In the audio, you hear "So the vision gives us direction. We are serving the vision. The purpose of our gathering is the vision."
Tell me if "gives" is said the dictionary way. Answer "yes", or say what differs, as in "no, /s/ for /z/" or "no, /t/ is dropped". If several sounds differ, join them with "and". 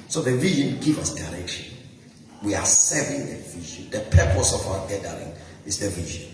no, /z/ is dropped